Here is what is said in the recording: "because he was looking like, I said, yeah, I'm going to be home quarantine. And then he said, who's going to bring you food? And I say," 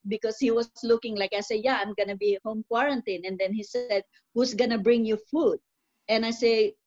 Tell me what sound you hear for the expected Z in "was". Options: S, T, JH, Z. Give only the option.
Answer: S